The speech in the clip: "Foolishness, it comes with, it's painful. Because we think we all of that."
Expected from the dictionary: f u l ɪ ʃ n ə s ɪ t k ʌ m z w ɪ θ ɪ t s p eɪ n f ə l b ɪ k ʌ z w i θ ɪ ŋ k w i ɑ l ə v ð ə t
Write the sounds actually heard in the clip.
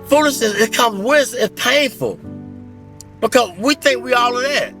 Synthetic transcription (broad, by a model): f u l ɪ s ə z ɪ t k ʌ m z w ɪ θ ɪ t p eɪ n f ə l b ɪ k ʌ z w i θ ɪ ŋ k w i ɑ l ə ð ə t